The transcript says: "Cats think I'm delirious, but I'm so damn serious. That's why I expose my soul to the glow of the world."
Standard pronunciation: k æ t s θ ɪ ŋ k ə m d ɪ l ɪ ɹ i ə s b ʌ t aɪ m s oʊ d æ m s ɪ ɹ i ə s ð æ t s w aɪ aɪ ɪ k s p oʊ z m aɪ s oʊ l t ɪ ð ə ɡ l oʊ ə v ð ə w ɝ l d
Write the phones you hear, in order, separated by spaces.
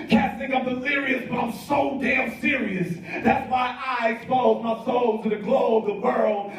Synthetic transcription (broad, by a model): k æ s t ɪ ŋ ə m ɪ l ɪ ɹ i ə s b ʌ t aɪ m s oʊ d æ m s ɪ ɹ i ə s ð æ t s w aɪ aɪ ɪ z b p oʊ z m aɪ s oʊ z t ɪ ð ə ɡ l oʊ ə v ð ə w ɝ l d